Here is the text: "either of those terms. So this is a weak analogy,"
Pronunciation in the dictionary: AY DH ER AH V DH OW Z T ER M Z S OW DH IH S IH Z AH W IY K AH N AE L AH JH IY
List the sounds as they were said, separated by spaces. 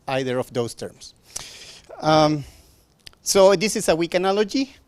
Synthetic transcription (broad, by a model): AY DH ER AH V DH OW S T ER M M S OW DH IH S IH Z AH W IY K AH N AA L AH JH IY